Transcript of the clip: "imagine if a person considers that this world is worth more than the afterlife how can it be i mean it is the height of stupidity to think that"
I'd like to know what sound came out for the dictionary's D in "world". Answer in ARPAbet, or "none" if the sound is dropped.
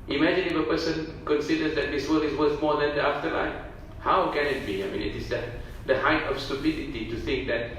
none